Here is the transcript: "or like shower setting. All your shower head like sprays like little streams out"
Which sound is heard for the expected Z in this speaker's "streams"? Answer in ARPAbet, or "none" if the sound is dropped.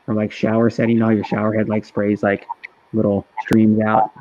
Z